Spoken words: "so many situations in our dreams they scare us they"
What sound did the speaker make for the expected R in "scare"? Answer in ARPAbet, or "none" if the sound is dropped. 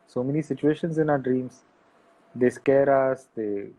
R